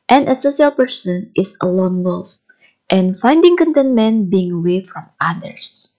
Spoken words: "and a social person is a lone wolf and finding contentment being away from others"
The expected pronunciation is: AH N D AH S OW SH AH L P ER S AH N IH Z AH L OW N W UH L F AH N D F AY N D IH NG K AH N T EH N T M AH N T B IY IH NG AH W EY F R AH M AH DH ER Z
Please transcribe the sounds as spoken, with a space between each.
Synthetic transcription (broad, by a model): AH N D AH S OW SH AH L P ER S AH N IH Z AH L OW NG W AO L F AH N F AY N D IH NG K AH N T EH N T M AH N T B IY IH NG AH W EY F R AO M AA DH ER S